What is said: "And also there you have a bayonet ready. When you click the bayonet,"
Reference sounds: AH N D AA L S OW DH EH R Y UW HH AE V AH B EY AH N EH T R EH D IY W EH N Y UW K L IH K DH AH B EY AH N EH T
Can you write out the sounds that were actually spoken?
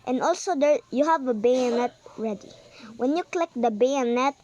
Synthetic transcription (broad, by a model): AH N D AA L S OW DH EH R Y UW HH AE V AH B EY AH N EH T R EH D IY W EH N Y UW K L IH K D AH B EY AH N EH T